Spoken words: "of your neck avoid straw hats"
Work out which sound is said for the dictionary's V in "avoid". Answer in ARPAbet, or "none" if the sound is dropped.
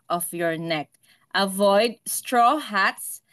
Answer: V